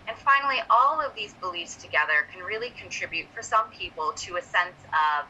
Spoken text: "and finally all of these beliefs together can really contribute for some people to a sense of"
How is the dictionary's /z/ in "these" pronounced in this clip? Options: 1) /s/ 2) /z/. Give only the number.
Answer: 2